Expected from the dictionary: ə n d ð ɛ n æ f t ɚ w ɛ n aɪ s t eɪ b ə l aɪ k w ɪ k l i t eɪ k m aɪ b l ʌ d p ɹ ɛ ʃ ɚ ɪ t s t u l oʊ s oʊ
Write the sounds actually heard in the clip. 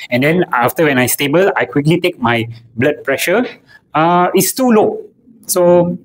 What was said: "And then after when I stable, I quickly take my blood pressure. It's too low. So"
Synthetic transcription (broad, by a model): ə n d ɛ n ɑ f t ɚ w ɛ n aɪ s t eɪ b ə l aɪ k w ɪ k l i t eɪ k m aɪ b l ʌ d p ɹ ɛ ʃ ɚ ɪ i s t u l oʊ s oʊ